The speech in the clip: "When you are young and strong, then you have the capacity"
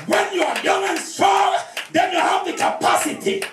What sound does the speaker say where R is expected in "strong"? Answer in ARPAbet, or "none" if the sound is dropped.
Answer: none